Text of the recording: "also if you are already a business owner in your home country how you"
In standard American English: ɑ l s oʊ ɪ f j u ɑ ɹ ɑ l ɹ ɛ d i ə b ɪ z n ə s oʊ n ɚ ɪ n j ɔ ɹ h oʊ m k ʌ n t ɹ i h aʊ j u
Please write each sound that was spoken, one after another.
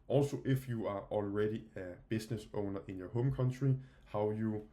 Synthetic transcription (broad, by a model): ɑ l s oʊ ɪ f j u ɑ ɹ ɑ l ɹ ɛ d i ə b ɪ s n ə s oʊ n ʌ ɪ n j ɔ h oʊ m k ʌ n s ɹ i h aʊ j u